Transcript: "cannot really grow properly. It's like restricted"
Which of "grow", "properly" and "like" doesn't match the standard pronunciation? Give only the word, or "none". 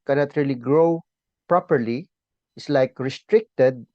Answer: none